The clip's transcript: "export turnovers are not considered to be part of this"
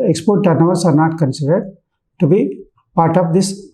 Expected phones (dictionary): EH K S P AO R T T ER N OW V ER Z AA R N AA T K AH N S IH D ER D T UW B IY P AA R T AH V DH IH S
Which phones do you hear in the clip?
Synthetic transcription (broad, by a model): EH K S P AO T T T N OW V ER S AA R N AA T K AH N S IH D ER D T UW B IY P AA R T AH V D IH S